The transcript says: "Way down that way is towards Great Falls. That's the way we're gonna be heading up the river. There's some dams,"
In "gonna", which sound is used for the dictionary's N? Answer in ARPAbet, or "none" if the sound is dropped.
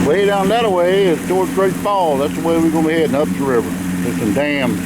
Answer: none